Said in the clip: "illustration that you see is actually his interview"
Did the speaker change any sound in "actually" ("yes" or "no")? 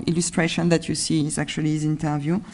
yes